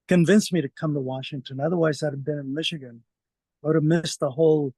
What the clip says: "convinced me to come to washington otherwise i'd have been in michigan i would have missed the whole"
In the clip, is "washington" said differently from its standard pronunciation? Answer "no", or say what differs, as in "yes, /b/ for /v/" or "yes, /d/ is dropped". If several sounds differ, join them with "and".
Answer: no